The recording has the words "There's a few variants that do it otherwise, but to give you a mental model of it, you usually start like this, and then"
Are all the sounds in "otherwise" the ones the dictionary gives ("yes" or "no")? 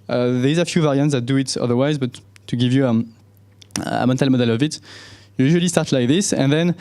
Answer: yes